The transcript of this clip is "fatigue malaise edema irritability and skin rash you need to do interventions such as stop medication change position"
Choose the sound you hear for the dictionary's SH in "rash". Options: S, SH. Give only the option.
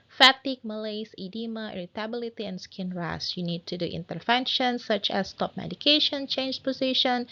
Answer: S